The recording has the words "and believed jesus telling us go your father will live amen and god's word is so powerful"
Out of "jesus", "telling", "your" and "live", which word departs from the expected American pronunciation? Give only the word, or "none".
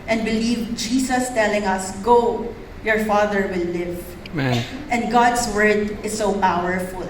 jesus